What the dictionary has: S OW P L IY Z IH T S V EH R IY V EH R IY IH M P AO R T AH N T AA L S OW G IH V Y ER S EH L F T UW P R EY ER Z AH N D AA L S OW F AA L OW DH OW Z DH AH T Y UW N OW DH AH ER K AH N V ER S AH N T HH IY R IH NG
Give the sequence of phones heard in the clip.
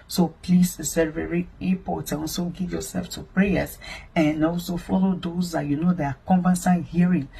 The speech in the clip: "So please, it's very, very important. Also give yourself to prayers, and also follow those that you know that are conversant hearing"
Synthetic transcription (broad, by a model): S OW P L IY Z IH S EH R V EH R IY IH P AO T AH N AA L S OW G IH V Y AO S EH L F T UW P R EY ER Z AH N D AA L S OW F AA L OW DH OW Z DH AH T Y UW N OW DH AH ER K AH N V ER S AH HH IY R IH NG